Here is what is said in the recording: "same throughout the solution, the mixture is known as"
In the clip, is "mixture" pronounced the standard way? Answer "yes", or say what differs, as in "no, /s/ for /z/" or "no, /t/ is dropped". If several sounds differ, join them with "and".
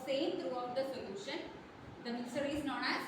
no, /k/ is dropped and /tʃ/ is dropped